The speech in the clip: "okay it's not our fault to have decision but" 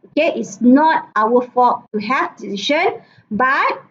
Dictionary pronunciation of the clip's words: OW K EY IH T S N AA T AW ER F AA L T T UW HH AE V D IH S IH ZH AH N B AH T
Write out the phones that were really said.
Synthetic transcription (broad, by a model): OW K EY IH T S N AA T AW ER F AA T T UW HH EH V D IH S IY SH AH N B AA T